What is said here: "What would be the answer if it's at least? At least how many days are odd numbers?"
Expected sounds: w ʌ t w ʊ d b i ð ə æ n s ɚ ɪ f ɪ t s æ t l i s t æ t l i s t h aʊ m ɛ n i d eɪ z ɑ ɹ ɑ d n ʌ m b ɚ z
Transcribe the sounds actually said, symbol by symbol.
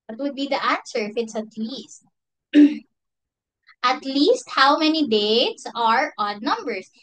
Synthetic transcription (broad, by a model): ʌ t w ʊ d b i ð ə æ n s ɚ ɪ f ɪ t s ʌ t l i s t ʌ t l i s t h aʊ m ɛ n i d eɪ s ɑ ɹ ɑ d n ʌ m b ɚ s